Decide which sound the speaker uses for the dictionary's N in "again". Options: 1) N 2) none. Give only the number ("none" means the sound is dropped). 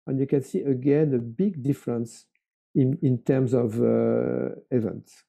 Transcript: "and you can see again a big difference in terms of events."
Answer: 1